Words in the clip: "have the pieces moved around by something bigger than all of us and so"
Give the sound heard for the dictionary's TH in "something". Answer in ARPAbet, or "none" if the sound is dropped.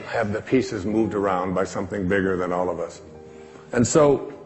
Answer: TH